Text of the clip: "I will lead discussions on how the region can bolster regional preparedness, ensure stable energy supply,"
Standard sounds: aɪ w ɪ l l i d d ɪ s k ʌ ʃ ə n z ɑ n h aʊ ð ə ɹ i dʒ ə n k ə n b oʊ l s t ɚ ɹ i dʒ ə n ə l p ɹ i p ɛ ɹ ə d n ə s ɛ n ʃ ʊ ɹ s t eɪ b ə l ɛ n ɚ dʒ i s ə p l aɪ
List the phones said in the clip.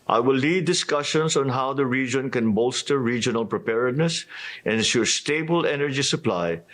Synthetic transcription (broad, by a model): aɪ w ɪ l l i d d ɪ s k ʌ ʃ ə n s ɑ n h aʊ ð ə ɹ i dʒ ə n k ə n b oʊ l s t ɚ ɹ i dʒ ə n ə l p ɹ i p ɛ ɹ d n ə s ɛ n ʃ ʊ ɹ s t eɪ b ə l ɛ n ɚ dʒ i s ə p l aɪ